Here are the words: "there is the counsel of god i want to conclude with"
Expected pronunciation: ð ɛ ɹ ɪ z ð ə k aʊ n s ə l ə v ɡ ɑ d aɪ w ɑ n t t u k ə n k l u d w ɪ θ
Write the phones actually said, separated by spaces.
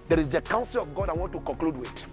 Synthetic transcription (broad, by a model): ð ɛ ɹ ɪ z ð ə k aʊ n s ə l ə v ɡ ɑ d aɪ w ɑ n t t u k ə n k l u d w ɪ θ